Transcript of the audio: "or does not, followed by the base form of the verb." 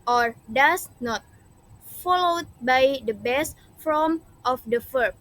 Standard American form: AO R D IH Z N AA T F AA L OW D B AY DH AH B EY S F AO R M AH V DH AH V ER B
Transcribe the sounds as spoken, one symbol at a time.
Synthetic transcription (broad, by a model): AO R D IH S N AA T F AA L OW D B AY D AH B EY S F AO M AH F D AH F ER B